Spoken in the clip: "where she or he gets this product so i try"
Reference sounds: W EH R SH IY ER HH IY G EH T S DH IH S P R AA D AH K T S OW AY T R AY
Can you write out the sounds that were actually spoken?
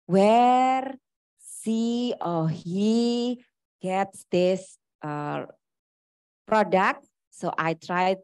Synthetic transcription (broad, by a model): W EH R S IY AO HH IY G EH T S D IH S P R AA D AH K T S OW AY T R AY